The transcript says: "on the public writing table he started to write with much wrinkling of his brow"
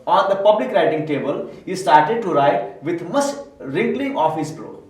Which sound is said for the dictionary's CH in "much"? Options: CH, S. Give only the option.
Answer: S